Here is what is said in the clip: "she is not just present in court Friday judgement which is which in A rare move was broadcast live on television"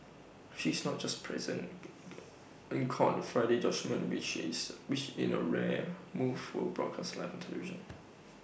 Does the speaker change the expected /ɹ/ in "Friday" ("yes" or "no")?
no